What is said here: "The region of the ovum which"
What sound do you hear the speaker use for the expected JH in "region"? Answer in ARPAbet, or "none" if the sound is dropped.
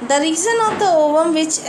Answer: Z